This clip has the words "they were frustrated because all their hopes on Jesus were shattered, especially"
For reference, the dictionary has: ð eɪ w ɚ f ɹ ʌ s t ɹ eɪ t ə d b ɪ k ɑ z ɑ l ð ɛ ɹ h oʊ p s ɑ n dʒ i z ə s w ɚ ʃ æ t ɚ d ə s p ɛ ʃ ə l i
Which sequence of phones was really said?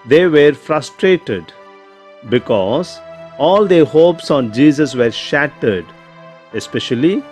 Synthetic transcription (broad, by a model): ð eɪ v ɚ f ɹ ʌ s t ɹ eɪ t ə d b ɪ k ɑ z ɑ l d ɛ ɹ h oʊ p s ɑ n dʒ i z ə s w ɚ ʃ æ t ɚ d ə s p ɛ ʃ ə l i